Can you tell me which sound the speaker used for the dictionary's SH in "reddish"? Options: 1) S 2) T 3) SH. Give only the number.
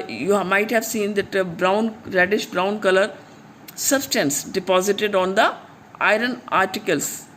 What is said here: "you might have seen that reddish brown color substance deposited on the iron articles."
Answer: 3